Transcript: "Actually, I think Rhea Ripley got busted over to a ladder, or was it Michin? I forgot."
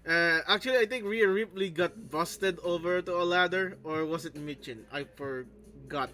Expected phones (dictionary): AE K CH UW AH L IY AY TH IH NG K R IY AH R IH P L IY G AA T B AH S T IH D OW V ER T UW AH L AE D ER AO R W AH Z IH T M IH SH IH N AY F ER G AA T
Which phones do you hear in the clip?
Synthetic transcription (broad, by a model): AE K CH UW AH L IY AY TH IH NG K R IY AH R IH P L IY G AA T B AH S T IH D OW V ER T UW AH L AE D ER AO R W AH S IH T M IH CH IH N AY F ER G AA T